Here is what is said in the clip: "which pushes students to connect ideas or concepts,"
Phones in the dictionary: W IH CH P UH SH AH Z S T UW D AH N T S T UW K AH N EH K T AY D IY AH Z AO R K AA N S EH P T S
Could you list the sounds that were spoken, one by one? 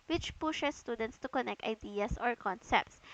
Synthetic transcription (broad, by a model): W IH CH P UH SH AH S T UW D AH N T S T UW K AH N EH K T AY D IY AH S AO R K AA N S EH P T S